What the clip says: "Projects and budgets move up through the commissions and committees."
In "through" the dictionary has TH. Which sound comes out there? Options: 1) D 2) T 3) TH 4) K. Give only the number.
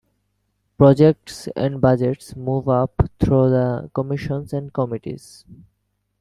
2